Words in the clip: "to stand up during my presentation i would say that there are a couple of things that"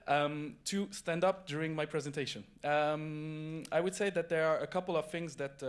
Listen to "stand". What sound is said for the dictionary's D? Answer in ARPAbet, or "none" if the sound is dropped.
D